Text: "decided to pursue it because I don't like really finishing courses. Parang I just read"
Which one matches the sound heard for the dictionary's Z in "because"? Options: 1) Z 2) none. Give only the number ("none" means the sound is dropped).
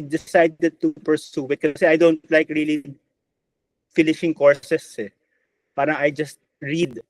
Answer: 2